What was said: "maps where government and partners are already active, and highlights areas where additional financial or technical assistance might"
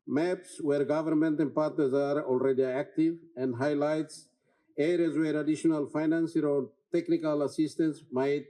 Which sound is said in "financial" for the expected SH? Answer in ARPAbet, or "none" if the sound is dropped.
S